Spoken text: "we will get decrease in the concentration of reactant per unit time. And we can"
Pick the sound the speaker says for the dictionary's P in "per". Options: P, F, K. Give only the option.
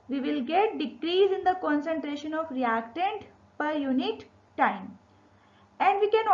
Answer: P